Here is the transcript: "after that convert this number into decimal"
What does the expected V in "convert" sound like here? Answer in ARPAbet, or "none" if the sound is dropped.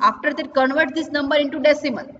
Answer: V